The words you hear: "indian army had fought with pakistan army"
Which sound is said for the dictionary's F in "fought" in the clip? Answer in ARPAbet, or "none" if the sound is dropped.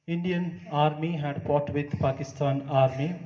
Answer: P